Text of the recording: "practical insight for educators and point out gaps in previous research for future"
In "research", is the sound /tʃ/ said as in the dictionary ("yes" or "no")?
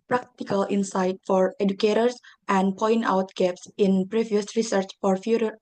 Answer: yes